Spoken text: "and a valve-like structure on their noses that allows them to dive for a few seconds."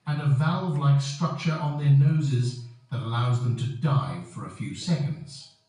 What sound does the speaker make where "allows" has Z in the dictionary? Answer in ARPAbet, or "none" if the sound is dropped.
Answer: Z